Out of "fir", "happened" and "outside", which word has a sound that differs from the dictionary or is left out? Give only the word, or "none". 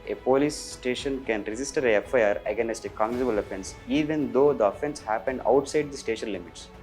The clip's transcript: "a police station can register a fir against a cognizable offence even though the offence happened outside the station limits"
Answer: fir